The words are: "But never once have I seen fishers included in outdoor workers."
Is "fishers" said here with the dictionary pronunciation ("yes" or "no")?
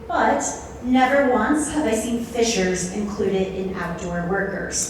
yes